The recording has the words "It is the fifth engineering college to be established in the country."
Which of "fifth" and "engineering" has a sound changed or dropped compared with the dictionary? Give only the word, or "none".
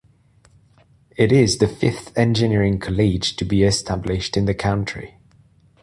none